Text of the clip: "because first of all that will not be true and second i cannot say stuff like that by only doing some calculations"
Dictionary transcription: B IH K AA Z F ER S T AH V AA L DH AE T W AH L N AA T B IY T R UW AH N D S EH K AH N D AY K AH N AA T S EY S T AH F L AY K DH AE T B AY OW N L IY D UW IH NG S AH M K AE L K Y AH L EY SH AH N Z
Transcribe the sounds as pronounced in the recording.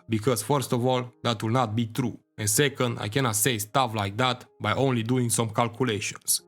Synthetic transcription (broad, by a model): B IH K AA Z F ER S T AH V AA L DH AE T W AH L N AA T B IY T R UW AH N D S EH K AH N D AY K AH N AA T S EY S T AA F L AY K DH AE T B AY OW N L IY D UW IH NG S AH M K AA L K Y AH L EY SH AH N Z